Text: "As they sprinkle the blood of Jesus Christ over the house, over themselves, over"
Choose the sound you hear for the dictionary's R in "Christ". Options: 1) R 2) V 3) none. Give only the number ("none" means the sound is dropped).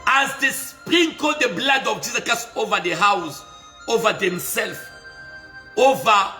3